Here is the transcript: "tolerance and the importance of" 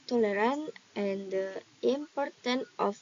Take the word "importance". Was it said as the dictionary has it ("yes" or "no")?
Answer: no